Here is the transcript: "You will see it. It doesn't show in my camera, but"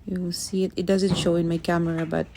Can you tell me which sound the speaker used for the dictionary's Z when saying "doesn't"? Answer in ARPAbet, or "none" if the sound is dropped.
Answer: Z